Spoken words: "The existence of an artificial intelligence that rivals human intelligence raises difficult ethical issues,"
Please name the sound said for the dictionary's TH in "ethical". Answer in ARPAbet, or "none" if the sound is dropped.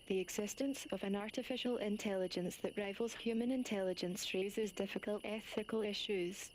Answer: TH